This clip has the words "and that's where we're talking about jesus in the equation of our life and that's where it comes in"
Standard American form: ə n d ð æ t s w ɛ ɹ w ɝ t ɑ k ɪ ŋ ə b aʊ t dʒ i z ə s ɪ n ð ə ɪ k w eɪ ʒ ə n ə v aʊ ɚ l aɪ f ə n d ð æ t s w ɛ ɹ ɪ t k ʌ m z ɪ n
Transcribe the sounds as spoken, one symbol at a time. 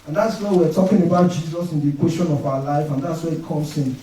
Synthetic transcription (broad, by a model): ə n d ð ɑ t s w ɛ w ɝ t ɑ k ɪ ŋ ə b aʊ t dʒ i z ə s ɪ n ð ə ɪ k w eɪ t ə n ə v aʊ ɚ l aɪ f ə n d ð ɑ t s w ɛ ɪ t k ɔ m s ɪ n